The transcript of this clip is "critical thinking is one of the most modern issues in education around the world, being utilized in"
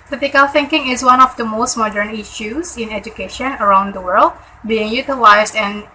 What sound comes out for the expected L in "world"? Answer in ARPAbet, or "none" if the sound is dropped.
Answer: L